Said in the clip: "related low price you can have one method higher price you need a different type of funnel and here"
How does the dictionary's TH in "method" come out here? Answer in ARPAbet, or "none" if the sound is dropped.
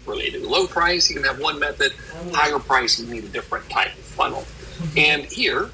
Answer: TH